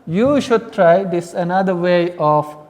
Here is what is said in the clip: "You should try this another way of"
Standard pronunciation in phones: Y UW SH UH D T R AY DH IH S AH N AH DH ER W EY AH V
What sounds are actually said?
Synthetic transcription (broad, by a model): Y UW SH UH D T R AY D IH S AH N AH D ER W EY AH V